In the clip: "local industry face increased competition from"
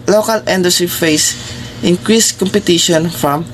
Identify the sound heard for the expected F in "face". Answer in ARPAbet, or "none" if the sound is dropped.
F